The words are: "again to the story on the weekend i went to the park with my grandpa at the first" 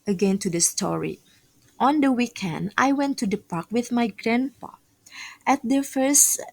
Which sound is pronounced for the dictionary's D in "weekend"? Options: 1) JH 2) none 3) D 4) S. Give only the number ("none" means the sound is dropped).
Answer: 3